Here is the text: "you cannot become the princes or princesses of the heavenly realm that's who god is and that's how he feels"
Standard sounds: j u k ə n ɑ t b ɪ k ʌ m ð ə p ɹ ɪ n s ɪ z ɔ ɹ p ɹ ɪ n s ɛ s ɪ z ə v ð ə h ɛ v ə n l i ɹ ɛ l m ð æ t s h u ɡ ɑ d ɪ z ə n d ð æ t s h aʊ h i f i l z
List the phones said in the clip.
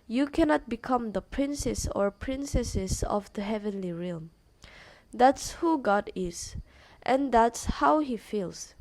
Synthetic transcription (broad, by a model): j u k ə n ɑ t b ɪ k ʌ m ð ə p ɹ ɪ n s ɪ s ɔ ɹ p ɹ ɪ n s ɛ s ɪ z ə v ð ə h ɛ v ə n l i ɹ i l m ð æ t s h u ɡ ɑ d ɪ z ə n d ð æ t s h aʊ h i f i l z